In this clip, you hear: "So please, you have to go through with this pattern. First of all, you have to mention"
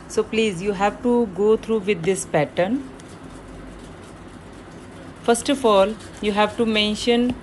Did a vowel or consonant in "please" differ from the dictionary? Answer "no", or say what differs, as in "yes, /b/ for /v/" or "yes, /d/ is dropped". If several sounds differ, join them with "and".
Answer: no